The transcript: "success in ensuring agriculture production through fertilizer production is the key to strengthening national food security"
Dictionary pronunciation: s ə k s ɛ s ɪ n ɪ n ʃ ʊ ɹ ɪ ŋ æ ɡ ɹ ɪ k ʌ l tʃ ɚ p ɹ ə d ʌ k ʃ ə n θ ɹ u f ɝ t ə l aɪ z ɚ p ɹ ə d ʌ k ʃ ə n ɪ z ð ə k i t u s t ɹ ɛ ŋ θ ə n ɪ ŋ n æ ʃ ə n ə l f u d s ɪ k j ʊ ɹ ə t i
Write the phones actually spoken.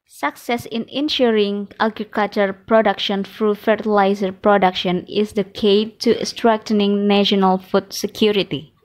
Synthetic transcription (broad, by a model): s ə k s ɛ s ɪ n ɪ n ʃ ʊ ɹ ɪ ŋ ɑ ɡ ɹ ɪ k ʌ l tʃ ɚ p ɹ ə d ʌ k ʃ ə n f ɹ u f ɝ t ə l aɪ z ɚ p ɹ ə d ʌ k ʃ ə n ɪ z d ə k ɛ t u s t ɹ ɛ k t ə n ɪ ŋ n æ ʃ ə n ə l f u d s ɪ k j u ɹ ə t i